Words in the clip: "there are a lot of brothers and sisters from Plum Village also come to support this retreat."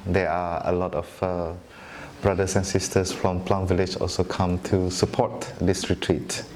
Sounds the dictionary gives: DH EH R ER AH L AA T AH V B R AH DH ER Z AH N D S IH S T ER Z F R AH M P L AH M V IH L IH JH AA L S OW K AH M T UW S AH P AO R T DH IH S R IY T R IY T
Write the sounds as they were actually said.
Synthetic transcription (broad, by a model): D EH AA AH L AA T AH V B R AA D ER S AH N S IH S T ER S F R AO M P L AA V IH L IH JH AA L S OW K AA M T UW S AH P AO T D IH S R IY T R IY T